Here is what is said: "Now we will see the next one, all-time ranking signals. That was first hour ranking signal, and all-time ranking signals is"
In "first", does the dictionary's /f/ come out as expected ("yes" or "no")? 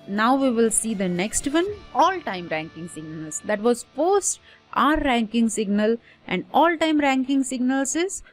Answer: no